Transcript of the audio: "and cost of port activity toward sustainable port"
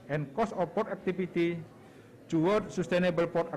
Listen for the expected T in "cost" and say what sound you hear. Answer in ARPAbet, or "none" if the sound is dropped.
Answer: none